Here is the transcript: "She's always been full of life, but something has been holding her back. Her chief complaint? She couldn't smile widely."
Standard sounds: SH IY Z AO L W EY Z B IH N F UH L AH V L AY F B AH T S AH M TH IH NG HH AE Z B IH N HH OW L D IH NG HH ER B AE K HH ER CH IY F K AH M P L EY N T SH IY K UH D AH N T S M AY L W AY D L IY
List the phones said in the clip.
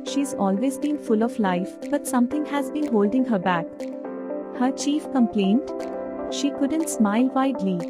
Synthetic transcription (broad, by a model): SH IY Z AO L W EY Z B IH N F UH L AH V L AY F B AH T S AH M T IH NG HH AE Z B IH N HH OW L D IH NG HH ER B AE K HH ER CH IY F K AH M P L EY N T SH IY K UH D AH N T S M AY L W AY D L IY